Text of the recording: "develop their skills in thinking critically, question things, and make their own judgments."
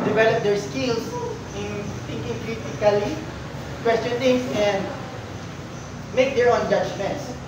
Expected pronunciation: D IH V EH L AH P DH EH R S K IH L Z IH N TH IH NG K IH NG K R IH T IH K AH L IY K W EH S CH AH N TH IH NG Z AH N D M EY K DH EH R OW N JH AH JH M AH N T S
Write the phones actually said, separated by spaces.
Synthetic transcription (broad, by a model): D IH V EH L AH P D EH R S K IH L S IH N T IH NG K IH NG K R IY T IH K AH L IY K W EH S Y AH N T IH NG S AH N M EY K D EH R OW N JH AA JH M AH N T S